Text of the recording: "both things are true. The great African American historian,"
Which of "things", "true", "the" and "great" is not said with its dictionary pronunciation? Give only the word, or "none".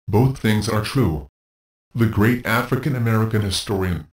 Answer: none